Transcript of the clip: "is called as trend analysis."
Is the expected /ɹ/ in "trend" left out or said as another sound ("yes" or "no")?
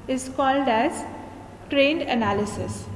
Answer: no